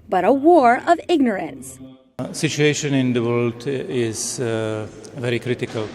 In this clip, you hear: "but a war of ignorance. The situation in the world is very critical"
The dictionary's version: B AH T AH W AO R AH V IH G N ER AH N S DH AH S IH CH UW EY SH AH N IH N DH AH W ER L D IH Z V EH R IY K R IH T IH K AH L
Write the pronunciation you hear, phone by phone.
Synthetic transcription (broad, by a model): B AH T AH W AO R AH V IH G N ER AH N S S IH CH UW EY SH AH N IH N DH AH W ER L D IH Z V EH R IY K R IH T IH K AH L